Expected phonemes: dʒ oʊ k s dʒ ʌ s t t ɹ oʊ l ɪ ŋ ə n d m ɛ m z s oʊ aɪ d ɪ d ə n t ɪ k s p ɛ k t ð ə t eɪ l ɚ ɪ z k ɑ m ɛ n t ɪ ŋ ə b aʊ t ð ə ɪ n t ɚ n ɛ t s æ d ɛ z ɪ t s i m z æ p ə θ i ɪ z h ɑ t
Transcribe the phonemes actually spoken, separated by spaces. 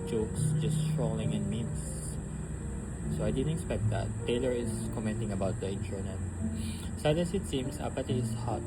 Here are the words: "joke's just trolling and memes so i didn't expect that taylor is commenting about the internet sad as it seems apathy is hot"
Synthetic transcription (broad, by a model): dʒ oʊ k s dʒ ʌ s t t ɹ oʊ l ɪ ŋ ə n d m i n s s oʊ aɪ d ɪ d ə n t ɪ k s p ɛ k t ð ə t eɪ l ɚ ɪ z k ɑ m ɛ n t ɪ ŋ ə b aʊ t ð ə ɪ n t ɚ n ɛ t s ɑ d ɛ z ɪ t s i m s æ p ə t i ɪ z h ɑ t